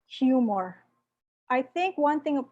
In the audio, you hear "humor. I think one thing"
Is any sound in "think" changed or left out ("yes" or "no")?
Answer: no